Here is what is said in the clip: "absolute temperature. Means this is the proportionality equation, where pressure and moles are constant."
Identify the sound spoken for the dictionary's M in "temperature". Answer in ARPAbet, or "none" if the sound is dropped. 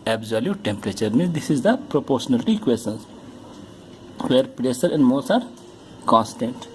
M